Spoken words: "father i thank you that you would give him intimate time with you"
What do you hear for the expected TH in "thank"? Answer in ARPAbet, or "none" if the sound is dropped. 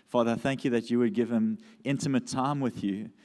TH